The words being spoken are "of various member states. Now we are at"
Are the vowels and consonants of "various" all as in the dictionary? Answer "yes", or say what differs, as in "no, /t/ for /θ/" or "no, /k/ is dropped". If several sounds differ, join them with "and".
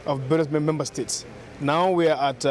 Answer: no, /b/ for /v/ and /s/ is dropped